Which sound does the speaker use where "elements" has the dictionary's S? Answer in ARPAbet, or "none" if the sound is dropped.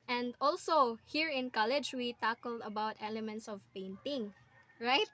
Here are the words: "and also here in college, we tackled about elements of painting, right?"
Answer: S